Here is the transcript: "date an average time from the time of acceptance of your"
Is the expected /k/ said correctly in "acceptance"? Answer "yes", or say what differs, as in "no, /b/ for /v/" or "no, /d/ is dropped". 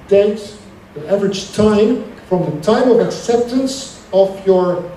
yes